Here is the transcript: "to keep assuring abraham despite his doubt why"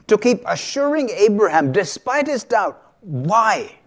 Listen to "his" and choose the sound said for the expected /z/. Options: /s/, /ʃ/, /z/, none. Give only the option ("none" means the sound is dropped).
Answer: /z/